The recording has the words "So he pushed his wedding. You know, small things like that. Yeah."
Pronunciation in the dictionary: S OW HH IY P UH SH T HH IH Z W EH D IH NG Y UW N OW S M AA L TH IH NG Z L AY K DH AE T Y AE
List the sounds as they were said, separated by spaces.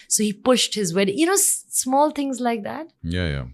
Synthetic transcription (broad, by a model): S OW HH IY P UH SH T HH IH Z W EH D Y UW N OW S M AA L T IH NG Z L AY K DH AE T Y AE